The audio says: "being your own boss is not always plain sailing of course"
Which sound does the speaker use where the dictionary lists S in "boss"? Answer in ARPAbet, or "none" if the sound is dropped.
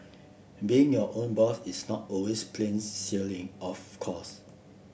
TH